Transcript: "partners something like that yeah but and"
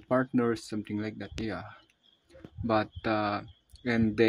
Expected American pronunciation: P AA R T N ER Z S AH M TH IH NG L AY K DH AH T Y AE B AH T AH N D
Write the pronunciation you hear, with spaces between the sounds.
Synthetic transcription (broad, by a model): P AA R T N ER S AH M T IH NG L AY K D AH T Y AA B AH T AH N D